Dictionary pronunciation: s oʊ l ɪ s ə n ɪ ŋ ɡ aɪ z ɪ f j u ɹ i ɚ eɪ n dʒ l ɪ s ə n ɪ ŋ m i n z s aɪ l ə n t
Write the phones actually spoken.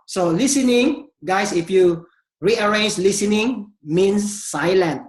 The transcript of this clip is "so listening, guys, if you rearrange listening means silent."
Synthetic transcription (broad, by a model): s oʊ l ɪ s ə n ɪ ŋ ɡ aɪ s ɪ f j u ɹ i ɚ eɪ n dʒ l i s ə n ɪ ŋ m i n s aɪ l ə n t